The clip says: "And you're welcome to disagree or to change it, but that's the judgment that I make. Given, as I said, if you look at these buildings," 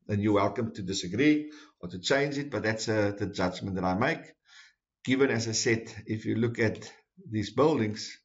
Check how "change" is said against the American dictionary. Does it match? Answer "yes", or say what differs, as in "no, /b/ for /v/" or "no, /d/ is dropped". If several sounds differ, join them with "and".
yes